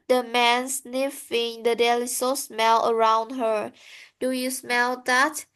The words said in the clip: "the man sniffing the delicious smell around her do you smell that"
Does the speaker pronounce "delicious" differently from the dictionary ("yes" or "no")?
yes